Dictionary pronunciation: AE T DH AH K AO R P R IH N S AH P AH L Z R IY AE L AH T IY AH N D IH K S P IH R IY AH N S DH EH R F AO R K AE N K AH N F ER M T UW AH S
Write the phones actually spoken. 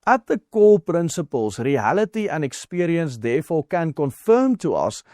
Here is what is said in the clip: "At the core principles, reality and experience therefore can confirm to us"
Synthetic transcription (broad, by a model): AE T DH AH K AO L P R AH N S AH P AH L S R IY AE L AH T IY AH N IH K S P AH R IY AH N S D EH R F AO L K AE N K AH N F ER M T UW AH S